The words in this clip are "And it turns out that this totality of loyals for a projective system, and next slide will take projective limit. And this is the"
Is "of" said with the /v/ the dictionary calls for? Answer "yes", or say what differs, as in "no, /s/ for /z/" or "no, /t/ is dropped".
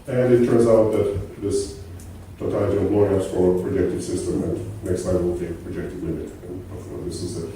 no, /p/ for /v/